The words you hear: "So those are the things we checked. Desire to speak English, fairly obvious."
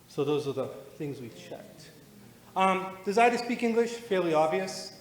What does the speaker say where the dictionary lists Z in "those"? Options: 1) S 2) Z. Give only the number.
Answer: 2